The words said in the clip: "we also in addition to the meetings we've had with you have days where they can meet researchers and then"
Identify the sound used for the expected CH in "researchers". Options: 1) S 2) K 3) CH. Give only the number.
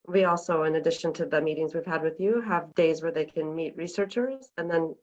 3